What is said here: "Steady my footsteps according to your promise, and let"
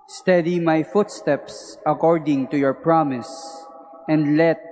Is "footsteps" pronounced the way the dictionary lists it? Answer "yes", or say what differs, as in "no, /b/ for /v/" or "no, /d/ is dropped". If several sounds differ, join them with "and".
yes